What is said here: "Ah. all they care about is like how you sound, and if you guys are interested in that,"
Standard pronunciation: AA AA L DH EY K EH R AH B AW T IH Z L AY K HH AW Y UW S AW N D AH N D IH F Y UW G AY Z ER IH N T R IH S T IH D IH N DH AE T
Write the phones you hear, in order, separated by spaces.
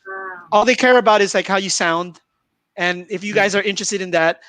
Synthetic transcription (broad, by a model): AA AA L DH EY K EH R AH B AW T IH Z L AY K HH AW Y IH S AW N D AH N IH F Y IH G AY Z ER IH N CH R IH S T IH D IH N DH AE T